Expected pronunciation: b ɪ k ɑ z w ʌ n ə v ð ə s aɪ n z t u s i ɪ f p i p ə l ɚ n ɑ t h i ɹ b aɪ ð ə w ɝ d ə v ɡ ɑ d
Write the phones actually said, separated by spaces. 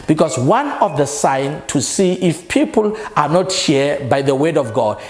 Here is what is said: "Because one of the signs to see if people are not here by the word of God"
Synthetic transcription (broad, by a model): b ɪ k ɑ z w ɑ n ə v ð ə s aɪ n t u s i ɪ f p i p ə l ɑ n ɑ t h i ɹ b aɪ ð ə w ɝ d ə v ɡ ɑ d